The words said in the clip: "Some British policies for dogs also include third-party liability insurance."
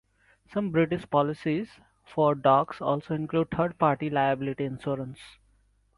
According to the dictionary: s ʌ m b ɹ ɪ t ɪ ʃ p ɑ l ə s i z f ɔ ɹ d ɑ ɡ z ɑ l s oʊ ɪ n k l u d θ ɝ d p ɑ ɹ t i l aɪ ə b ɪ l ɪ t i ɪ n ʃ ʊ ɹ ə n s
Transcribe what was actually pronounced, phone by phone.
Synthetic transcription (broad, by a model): s ʌ m b ɹ ɪ t ɪ ʃ p ɑ l ə s i z f ɔ ɹ d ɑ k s ɑ l s oʊ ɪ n k l u d t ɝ d p ɑ ɹ t i l aɪ ə b ɪ l ɪ t i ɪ n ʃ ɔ ɹ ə n s